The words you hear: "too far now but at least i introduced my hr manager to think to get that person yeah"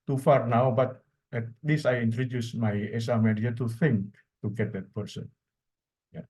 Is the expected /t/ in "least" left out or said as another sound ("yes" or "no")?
yes